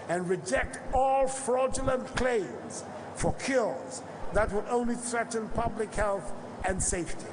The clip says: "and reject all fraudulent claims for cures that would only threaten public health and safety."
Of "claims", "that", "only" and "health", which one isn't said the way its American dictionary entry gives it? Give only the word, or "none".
none